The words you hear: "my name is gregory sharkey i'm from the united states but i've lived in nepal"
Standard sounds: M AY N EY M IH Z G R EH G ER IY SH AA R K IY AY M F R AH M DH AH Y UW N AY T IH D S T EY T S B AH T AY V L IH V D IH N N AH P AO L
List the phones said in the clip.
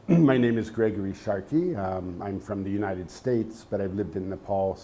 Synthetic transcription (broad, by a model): M AY N EY M IH Z G R EH G ER IY SH AA R K IY AY M F R AH M DH AH Y UW N AY T IH D S T EY T S B AH T AY V L IH V D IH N N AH P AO L